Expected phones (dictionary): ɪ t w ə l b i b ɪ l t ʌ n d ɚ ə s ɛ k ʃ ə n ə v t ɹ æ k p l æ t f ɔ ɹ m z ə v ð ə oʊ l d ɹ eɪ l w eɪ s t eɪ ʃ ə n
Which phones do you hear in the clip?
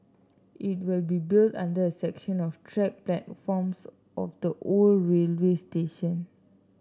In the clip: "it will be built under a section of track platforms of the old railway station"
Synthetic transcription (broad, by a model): ɪ t w ə l b i b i l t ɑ n d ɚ ə s ɛ k ʃ ə n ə f t ɹ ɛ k p l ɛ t f ɔ m s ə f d ə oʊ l ɹ eɪ l w eɪ s t eɪ ʃ ə n